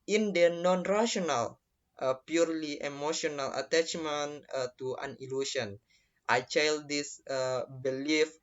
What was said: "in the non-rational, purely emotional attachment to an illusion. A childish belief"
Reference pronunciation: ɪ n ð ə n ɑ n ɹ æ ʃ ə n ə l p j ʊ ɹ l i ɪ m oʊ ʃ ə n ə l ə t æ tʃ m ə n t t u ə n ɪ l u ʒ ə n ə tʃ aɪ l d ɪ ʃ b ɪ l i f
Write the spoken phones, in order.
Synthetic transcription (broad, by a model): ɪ n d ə n ɑ n ɹ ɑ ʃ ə n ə l p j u ɹ l i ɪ m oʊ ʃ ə n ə l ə t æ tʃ m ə n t t u ə n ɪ l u s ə n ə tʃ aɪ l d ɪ s b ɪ l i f